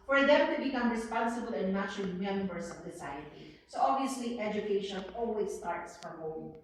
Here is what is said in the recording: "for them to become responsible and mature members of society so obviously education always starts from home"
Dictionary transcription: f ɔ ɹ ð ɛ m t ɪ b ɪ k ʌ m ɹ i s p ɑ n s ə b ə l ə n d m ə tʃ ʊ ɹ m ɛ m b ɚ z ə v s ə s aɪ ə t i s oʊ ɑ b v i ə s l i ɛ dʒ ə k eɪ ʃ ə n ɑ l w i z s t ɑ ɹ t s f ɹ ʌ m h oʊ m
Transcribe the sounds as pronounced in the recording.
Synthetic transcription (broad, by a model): f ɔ ɹ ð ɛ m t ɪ b ɪ k ʌ m ɹ i s p ɑ n s ə b ə l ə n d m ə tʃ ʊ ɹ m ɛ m b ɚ s ə v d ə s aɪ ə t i s oʊ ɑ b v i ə s l i ɛ dʒ ə k eɪ ʃ ə n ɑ l w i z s t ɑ ɹ t s f ɹ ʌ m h oʊ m